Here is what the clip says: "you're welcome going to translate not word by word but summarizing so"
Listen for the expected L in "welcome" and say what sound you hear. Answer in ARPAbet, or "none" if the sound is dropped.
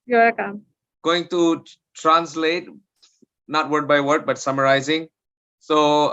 none